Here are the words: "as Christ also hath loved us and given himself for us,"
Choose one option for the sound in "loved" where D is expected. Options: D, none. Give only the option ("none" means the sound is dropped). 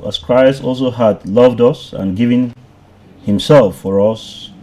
D